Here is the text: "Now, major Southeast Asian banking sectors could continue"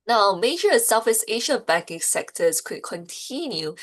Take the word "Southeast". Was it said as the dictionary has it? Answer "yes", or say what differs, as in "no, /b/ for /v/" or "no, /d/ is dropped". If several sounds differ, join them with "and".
no, /f/ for /θ/ and /t/ is dropped